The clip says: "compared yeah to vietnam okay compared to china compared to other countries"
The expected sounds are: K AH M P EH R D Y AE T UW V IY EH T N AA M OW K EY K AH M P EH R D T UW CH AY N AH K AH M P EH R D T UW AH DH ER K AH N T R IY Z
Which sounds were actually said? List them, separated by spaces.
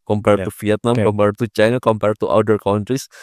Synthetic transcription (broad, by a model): K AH M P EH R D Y T UW F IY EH T N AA M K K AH M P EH R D T UW CH AY N AH K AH M P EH R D T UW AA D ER K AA N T R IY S